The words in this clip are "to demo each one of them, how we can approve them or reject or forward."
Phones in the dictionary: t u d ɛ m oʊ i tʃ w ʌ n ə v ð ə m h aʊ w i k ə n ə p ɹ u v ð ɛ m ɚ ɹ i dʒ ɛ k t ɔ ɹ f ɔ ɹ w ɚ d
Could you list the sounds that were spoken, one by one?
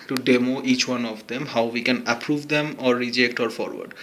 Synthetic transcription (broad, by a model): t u d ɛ m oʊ i tʃ w ʌ n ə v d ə m h aʊ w i k ə n ə p ɹ u v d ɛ m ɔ ɹ i dʒ ɛ k t ɔ ɹ f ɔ ɹ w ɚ d